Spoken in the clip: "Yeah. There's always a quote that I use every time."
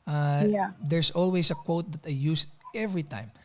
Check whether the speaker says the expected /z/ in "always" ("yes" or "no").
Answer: no